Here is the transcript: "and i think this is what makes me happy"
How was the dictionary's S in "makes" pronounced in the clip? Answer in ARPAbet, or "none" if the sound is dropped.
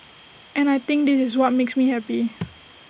S